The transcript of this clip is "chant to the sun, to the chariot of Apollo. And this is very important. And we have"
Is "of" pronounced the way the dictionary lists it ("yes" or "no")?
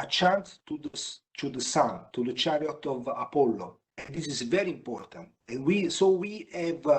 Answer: yes